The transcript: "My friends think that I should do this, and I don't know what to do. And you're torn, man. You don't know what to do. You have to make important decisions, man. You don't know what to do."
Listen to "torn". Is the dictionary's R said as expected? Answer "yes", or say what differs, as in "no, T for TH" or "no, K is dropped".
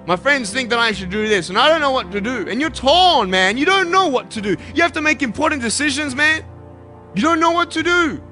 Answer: no, L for R